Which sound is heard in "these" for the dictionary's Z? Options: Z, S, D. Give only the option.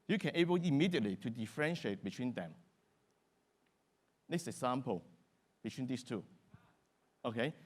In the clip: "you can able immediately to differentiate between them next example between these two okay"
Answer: S